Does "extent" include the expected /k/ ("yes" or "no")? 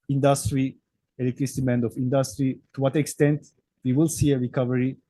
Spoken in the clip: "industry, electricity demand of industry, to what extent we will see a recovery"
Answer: yes